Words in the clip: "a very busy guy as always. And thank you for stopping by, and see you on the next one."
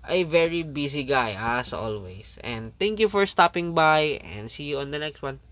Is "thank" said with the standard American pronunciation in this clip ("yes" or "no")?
no